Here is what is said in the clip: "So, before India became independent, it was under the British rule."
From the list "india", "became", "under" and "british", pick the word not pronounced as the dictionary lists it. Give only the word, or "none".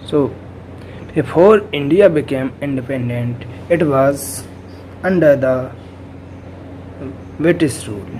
british